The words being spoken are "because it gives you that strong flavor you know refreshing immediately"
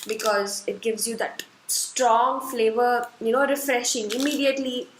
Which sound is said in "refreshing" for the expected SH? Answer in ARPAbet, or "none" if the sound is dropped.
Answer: SH